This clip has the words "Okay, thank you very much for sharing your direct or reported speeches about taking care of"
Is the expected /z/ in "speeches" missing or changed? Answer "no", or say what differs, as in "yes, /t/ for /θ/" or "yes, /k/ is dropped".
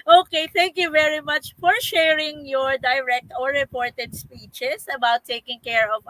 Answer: yes, /s/ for /z/